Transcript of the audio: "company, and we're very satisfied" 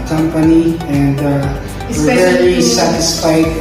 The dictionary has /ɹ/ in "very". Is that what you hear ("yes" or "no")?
no